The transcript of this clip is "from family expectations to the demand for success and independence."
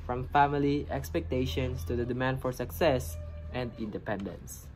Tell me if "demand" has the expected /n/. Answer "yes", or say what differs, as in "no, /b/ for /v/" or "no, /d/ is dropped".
yes